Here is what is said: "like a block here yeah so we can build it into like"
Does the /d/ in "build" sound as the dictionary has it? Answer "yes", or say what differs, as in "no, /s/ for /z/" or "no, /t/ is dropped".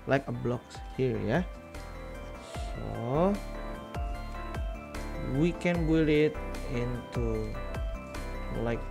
no, /d/ is dropped